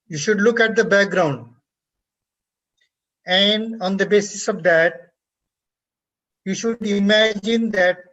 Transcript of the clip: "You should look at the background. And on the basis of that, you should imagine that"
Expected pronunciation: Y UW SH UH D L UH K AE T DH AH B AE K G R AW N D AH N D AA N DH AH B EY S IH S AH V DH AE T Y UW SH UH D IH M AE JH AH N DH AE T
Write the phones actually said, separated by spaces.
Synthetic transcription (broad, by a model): Y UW SH UH D L UH K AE T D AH B AE K G R AW N D AH N D AA N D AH B EY S IH S AH V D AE T Y UW SH UH D IH M AE JH AH N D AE T